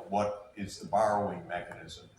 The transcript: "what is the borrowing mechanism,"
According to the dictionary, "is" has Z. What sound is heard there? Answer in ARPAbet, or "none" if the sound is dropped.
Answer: Z